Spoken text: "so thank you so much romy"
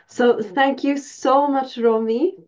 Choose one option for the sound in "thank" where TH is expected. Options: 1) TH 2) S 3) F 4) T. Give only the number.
1